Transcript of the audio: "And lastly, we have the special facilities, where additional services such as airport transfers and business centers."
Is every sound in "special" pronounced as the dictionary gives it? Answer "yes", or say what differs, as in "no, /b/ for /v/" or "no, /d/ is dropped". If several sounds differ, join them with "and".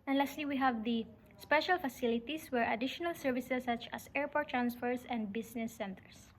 yes